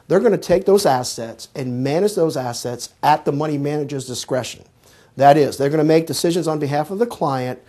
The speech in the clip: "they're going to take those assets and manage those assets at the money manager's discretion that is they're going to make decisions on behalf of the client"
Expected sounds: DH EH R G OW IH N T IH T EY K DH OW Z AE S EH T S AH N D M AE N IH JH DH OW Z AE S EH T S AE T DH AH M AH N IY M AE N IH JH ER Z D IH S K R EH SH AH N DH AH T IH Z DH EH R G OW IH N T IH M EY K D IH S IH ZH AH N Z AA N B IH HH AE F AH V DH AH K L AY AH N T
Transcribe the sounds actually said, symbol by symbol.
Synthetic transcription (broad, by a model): DH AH R G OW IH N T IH T EY K DH OW Z AE S EH T S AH N M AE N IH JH DH OW Z AE S EH T S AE T DH AH M AH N IY M AE N IH JH ER Z D IH S K R EH SH AH N DH AH T IH Z DH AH R G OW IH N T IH M EY K D IH S IH ZH AH N Z N B IH HH AE F AH V DH AH K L AY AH N T